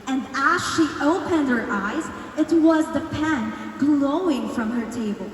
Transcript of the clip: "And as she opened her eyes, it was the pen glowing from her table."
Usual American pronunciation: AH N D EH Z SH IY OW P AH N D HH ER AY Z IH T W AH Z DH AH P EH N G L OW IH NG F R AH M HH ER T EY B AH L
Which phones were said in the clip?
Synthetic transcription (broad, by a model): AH N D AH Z SH IY OW P AH N D HH ER AY Z IH T W AH Z DH AH P EH N G L OW IH NG F R AH M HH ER T EY B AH L